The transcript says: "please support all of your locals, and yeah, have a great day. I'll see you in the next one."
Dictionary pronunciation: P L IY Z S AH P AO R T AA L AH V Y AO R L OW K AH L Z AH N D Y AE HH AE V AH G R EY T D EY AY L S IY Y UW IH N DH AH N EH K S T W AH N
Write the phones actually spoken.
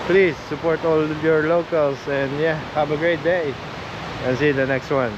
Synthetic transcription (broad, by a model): P L IY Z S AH P AO R T AA L Y AO R L OW K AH L S AH N D Y AE HH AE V AH G R EY T D EY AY N S IY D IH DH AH N EH K S T W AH N